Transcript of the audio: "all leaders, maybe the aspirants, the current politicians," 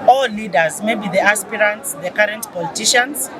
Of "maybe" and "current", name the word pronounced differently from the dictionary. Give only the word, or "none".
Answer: none